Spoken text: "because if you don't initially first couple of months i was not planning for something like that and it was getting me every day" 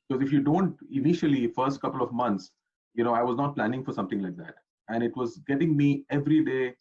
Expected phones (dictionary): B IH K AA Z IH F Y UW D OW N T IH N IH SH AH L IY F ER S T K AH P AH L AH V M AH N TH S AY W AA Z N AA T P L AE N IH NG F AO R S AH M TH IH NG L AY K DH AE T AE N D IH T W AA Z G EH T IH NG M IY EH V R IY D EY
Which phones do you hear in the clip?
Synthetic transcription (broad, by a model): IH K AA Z IH F Y UW D OW N T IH N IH SH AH L IY F ER S T K AH P AH L AH V M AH N T S AY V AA Z N AA T P L AE N IH NG F AO R S AH M T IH NG L AY K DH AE T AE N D IH T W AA Z G EH T IH NG M IY EH V R IY D EY